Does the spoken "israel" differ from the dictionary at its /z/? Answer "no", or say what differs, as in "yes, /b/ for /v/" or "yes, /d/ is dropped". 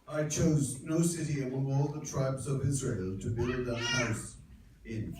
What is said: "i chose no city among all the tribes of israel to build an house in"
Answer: no